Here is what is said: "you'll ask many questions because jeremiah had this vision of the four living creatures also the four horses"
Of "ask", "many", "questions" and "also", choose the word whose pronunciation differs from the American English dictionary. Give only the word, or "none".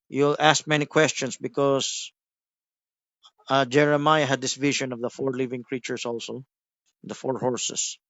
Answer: questions